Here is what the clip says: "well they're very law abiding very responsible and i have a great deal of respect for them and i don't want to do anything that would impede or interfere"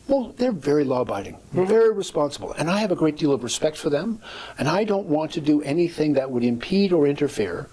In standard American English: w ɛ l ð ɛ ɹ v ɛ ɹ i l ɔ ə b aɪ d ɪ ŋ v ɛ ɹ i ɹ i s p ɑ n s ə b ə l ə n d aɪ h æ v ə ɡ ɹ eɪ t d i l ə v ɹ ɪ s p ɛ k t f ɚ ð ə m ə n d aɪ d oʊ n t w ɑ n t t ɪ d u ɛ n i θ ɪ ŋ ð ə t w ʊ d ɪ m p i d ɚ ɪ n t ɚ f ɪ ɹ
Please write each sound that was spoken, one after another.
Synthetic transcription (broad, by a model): w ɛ l ð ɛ ɹ v ɛ ɹ i l ɔ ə b aɪ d ɪ ŋ v ɛ ɹ i ɹ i s p ɑ n s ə b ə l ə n aɪ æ v ə ɡ ɹ eɪ t d i l ə v ɹ ɪ s p ɛ k t f ɚ ð ə m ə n aɪ d oʊ n t w ɑ n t t ɪ d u ɛ n i θ ɪ ŋ ð ə t w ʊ d ɪ m p i d ɚ ɪ n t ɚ f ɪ ɹ